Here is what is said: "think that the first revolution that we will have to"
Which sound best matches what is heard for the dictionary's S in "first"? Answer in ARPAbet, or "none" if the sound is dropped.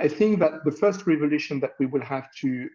S